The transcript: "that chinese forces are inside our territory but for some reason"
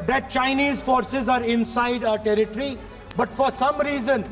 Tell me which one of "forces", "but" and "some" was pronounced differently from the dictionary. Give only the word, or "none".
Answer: none